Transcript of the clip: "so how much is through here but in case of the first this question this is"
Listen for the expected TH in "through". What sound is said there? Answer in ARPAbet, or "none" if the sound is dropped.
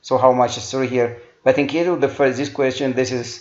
S